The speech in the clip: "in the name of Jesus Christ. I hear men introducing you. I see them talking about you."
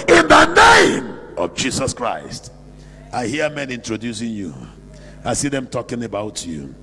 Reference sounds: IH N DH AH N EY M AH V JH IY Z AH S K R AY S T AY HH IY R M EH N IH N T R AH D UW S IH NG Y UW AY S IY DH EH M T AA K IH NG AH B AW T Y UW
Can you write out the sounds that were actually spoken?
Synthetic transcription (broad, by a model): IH N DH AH N EY M AH V JH IY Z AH S K R AY S T AY HH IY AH M EH N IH N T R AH D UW S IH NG Y UW AY S IY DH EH M T AA K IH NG AH B AW T Y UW